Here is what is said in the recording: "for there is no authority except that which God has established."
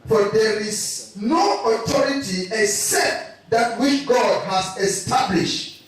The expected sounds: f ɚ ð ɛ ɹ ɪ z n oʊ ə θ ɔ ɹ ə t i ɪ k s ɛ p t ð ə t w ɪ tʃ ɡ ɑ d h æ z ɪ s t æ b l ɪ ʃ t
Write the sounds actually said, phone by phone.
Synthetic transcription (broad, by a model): f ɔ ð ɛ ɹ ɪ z n oʊ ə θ ɔ ɹ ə t i ɪ k s ɛ p t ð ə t w ɪ tʃ ɡ ɑ d h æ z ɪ s t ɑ b l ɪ ʃ t